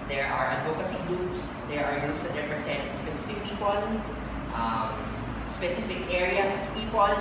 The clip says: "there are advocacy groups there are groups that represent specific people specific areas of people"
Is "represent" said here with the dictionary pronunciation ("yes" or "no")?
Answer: no